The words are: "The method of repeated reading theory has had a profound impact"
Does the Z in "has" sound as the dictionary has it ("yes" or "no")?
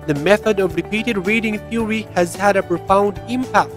yes